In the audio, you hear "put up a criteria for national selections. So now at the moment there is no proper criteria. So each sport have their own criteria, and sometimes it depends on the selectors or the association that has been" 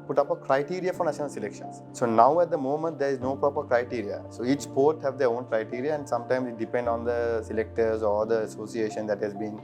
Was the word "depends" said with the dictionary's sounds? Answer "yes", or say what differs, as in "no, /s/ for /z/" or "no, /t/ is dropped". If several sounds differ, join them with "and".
no, /z/ is dropped